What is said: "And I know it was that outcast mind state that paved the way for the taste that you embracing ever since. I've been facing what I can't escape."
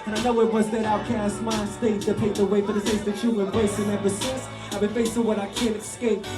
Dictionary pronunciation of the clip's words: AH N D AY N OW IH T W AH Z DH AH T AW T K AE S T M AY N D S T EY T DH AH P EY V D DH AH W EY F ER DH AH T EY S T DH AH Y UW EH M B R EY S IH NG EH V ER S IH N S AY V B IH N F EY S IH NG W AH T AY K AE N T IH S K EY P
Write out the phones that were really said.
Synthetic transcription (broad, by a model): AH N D AY N OW IH T W AH Z DH AH T AW T K AE S T M AY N S T EY T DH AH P EY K DH AH W EY F ER DH AH S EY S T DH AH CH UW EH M B R EY S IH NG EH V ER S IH S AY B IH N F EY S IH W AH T AY K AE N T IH S K EY P